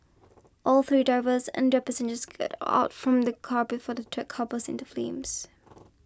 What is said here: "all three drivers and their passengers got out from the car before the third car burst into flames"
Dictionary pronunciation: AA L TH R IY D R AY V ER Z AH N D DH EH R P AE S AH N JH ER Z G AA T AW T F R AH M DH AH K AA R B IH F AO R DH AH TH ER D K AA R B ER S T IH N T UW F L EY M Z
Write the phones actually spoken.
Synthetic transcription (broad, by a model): AA L TH R IY D R AY V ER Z AH N D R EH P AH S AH N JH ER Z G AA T AW T F R AH M DH AH K AA R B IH F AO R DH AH T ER K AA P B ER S IH N T UW F L EY M Z